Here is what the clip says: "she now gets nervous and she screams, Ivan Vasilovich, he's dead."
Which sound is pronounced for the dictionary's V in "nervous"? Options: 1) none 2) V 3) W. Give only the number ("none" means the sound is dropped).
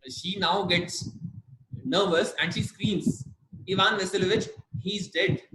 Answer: 2